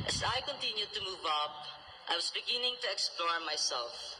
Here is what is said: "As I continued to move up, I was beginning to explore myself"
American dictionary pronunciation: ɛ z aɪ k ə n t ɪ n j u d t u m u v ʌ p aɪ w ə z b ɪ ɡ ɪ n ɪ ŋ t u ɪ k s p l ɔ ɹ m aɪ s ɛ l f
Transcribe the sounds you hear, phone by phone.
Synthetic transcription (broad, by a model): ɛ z aɪ k ə n t ɪ n j u d t u m u v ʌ p aɪ w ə s b ɪ ɡ ɪ n ɪ ŋ t u ɪ k s p l ɔ ɹ m aɪ s ɛ l f